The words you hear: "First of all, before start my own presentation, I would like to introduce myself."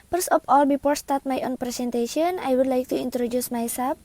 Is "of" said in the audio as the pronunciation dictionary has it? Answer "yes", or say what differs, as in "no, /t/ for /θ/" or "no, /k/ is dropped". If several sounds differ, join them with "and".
no, /p/ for /v/